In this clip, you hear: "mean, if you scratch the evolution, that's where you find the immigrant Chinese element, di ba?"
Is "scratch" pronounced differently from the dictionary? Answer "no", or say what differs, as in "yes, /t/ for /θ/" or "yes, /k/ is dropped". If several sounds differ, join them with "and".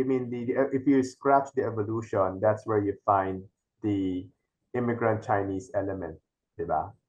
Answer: no